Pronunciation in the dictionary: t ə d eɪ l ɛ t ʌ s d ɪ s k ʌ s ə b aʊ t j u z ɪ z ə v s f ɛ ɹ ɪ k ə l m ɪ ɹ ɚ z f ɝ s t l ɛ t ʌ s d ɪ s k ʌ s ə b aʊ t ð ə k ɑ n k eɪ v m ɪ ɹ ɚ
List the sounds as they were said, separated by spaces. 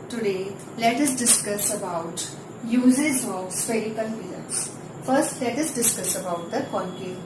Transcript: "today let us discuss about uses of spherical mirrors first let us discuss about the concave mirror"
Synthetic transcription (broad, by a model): t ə d eɪ l ɛ t ʌ s d ɪ s k ʌ s ə b aʊ t j u z ɪ z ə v s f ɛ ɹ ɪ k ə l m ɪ l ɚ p f ɝ s t l ɛ t ʌ s d ɪ s k ʌ s ə b aʊ t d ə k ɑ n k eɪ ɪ